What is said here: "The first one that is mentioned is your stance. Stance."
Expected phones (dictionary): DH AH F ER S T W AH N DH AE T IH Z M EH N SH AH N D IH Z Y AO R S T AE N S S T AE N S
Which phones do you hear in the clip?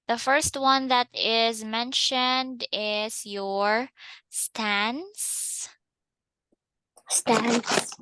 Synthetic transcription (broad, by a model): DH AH F ER S T W AH N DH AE T IH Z M EH N SH AH N D IH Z Y AO R S T AE N S S T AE N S